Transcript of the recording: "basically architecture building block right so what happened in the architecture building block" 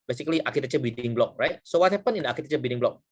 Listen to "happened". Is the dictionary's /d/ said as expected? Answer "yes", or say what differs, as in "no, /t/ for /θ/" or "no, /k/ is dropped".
no, /d/ is dropped